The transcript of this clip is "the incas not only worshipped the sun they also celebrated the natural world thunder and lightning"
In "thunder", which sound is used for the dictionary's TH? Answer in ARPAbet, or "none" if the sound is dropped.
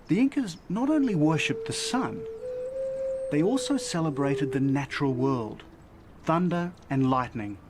TH